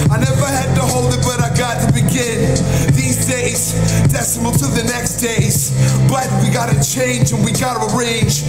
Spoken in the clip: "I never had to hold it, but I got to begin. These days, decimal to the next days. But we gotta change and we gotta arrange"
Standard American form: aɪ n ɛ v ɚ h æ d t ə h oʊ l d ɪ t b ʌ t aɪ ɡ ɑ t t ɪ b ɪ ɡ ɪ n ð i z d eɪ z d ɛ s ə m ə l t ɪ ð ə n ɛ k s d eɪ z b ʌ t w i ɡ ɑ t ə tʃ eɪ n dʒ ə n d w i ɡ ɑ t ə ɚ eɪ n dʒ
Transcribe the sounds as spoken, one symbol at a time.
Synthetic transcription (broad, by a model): aɪ n ɛ v ɚ h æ d t ə h oʊ l d ɪ t b ʌ t aɪ ɡ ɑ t t ɪ b ɪ ɡ ɪ n ð i z d eɪ z d ɛ s ə m ə l t ɪ ð ə n ɛ k s d eɪ z b ʌ t w i ɡ ɑ t ə tʃ eɪ n dʒ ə n w i ɡ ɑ t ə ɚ eɪ n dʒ